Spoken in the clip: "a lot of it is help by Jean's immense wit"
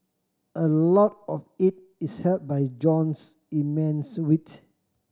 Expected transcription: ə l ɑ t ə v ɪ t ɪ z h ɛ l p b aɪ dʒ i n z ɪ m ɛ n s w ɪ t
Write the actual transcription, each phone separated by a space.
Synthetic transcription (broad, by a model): ə l ɑ t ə f ɪ t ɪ s h ɛ l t b aɪ dʒ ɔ n s ɪ m ɛ n s w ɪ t